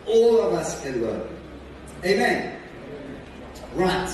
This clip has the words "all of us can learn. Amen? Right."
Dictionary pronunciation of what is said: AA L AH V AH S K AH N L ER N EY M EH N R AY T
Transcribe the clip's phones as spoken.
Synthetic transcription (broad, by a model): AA L AH V AH S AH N W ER EY M EH N R AY T